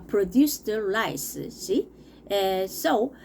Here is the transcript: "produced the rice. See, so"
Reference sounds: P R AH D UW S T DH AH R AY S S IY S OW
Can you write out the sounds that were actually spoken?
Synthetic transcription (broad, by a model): P R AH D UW S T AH L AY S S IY S OW